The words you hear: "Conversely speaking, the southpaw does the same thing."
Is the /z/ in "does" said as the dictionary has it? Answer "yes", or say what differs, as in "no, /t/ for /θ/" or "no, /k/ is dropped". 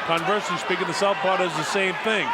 yes